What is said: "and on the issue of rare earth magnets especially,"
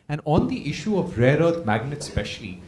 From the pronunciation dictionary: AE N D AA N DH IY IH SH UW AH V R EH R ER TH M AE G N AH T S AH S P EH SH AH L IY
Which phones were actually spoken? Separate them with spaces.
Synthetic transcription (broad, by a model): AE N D AA N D IY IH SH UW AH V R EH R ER T M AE G N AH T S S P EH SH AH L IY